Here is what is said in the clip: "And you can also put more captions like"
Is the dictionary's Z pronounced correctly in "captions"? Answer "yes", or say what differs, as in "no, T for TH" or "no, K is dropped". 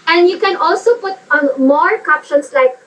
no, S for Z